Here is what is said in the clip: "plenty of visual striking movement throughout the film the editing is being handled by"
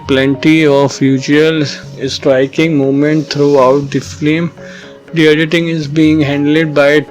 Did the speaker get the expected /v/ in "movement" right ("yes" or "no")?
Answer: no